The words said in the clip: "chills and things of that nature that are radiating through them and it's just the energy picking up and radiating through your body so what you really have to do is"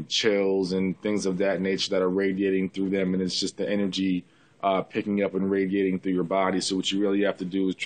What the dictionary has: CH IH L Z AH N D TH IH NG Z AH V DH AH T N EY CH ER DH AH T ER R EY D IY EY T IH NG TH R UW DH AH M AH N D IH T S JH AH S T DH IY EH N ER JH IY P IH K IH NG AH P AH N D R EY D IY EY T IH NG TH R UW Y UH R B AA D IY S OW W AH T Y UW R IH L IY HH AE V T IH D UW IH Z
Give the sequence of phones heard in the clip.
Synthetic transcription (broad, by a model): CH IH L Z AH N TH IH NG Z AH V DH AH T N EY CH ER DH AH T ER R EY D IY EY T IH NG TH R UW DH AH M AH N IH T S JH AH S T DH IY EH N ER JH IY P IH K IH NG AH P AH N R EY D IY EY T IH NG TH R UW Y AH R B AA D IY S OW W AH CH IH R IH L IY HH AE F T IH D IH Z